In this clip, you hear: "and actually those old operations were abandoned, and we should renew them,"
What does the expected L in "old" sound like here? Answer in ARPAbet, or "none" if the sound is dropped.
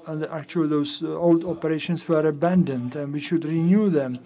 L